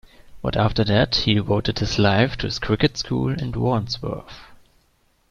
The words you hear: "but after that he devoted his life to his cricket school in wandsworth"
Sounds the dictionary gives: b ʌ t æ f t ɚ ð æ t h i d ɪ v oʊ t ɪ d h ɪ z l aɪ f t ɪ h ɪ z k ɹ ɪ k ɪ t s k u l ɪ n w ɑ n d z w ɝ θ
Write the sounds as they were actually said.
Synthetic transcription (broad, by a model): b ʌ t æ f t ɚ ð æ t h i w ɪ ʊ t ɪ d h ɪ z l aɪ f t ɪ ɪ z k ɹ ɪ k ɪ t s k u l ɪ n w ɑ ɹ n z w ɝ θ